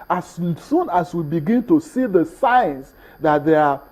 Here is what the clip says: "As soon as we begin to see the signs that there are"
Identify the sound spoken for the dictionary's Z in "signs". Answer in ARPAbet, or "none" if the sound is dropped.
S